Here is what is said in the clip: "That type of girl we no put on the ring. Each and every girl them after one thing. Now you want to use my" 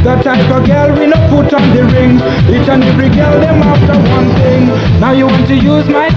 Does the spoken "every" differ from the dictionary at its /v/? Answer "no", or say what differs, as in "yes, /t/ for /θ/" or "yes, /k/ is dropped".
yes, /v/ is dropped